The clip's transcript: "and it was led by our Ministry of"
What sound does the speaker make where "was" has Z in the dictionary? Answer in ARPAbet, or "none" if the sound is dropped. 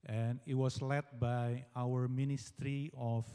S